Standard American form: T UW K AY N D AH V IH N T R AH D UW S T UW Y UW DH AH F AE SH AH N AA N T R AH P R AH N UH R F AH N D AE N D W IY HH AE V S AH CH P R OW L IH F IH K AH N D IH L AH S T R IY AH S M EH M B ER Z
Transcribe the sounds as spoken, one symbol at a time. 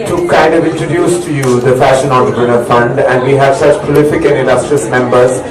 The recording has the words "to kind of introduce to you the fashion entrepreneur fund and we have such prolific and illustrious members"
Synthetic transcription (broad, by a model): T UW K AY N D AH V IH N T R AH D UW S T UW Y UW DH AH F AE SH AH N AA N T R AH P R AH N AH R F AH N D AE N D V IY HH AE V S AH CH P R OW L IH F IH K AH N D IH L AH S T R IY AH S M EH M B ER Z